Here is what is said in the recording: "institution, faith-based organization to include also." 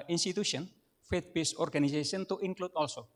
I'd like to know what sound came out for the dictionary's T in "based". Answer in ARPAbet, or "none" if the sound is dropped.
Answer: none